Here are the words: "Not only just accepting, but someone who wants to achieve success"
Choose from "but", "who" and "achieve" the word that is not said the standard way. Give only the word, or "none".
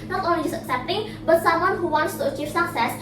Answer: achieve